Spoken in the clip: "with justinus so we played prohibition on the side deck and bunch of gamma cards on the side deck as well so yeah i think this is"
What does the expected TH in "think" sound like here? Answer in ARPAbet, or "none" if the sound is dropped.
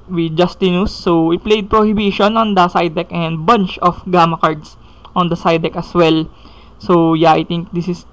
T